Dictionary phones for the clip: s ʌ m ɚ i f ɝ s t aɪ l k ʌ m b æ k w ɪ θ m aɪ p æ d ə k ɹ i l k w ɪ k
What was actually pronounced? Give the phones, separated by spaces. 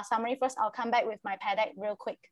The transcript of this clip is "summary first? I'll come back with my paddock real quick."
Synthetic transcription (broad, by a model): s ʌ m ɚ i f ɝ s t aɪ l k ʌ m b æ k w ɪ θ m aɪ p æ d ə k ɹ i l k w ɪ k